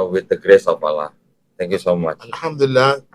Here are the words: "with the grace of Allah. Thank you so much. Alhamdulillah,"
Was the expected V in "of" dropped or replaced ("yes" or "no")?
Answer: yes